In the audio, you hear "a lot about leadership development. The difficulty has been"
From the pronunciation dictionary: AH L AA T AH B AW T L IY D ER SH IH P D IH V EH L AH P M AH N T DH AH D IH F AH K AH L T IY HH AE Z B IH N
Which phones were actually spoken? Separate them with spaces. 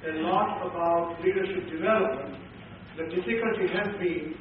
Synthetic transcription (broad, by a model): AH N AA T AH B AW T L IY D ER SH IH P D IH V EH L AH P M AH N T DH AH D IH F AH K AH L T IY HH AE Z B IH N